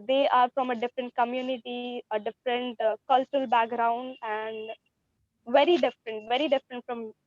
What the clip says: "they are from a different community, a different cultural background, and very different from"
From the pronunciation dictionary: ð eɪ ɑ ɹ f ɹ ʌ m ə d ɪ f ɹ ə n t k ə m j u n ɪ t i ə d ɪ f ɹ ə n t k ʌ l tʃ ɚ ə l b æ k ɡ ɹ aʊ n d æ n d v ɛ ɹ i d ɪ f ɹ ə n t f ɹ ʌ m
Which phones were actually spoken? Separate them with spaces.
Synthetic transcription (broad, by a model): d eɪ ɑ ɹ f ɹ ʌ m ə d ɪ f ɹ ə n t k ə m j u n ɪ t i ə d ɪ f ɹ ə n t k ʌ l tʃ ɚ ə l b æ k ɡ ɹ aʊ n d æ n d v ɛ ɹ i d ɪ f ɹ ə n t f ɹ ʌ m